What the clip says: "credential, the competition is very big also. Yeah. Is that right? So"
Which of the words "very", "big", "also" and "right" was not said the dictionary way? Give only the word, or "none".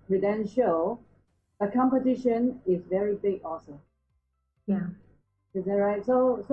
also